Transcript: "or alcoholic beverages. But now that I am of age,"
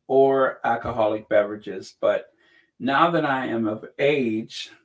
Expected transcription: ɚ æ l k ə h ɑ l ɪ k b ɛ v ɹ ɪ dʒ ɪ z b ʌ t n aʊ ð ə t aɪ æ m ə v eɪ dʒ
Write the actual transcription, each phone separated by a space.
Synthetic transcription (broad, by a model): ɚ æ l k ə h ɑ l ɪ k b ɛ v ɹ ɪ dʒ ɪ z b ʌ t n aʊ ð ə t aɪ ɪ m ə v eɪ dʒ